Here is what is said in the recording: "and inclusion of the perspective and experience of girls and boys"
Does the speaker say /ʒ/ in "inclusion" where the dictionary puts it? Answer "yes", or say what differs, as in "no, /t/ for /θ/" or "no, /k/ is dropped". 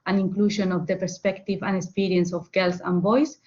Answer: no, /ʃ/ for /ʒ/